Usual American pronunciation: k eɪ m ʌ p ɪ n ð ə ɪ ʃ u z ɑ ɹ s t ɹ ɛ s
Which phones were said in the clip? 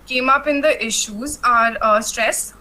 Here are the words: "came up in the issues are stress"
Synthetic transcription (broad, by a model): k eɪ m ʌ p ɪ n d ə ɪ ʃ u z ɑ ɹ s t ɹ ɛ s